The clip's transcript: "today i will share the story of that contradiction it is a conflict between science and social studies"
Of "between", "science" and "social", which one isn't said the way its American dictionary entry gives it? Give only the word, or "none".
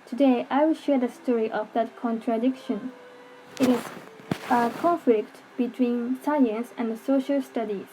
none